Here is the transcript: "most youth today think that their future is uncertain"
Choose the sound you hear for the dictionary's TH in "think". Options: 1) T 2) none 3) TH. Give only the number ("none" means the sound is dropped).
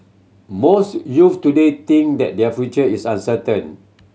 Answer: 1